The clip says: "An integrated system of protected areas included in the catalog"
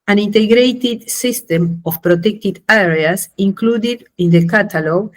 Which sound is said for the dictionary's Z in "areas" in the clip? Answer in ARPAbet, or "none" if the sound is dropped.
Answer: S